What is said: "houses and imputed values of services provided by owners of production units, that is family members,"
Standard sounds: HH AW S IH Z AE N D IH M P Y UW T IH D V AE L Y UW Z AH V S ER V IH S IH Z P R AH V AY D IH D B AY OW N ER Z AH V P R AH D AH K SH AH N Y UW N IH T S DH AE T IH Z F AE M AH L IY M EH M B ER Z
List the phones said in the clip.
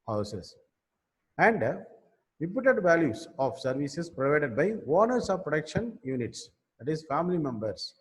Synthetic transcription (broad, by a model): HH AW S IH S AE N D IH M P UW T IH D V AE L Y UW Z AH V S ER V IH S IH S P R AH V AY D IH D B AY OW N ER S AH V P R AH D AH K SH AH N Y UW N IH T S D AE T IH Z F AE M AH L IY M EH M B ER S